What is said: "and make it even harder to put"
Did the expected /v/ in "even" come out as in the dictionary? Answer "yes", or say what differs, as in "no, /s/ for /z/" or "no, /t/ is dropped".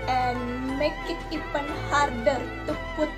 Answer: no, /p/ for /v/